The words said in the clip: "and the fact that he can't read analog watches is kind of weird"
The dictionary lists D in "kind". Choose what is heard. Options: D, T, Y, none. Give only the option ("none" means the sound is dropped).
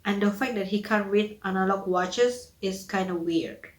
D